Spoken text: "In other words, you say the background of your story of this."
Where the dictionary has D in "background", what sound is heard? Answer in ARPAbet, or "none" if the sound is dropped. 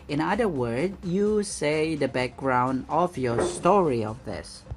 D